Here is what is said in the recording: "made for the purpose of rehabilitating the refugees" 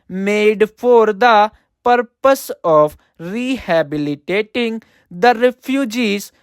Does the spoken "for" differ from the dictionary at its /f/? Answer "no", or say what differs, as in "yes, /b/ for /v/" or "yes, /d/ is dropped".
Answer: yes, /p/ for /f/